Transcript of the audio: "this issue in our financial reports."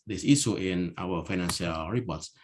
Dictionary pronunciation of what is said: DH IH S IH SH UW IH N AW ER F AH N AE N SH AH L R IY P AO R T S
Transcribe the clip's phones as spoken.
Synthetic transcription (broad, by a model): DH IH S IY S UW IH N AW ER F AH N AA N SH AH L R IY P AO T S